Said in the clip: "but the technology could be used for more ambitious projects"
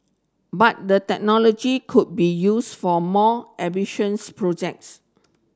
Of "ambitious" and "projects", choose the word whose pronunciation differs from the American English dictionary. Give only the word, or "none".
ambitious